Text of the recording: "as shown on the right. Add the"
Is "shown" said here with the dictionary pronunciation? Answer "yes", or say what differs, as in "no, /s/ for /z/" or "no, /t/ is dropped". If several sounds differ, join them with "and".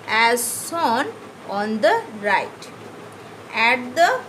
no, /s/ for /ʃ/